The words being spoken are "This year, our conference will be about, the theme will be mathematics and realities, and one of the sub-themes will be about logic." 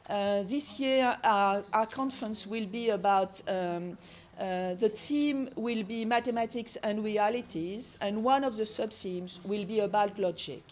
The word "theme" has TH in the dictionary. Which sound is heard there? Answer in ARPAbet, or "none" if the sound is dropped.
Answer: T